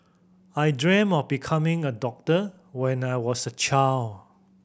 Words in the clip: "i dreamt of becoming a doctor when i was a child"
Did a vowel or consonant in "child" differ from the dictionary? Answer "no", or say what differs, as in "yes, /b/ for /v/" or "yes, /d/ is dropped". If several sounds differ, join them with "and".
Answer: yes, /d/ is dropped